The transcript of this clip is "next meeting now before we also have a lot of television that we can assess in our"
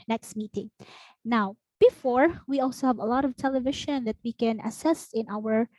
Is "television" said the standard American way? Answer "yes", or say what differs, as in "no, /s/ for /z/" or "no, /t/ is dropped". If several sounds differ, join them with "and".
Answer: no, /ʃ/ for /ʒ/